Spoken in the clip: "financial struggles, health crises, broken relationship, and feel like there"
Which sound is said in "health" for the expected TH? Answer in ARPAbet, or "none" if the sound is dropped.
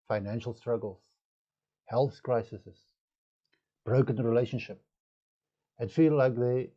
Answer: TH